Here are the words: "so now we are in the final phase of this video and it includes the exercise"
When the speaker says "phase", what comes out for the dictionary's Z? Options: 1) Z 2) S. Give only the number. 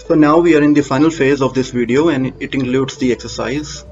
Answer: 1